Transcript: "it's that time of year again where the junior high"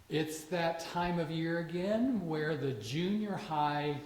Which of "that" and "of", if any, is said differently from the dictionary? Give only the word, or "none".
none